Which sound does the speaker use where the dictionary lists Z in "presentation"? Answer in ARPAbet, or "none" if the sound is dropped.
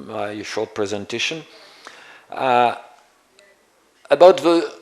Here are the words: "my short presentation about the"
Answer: Z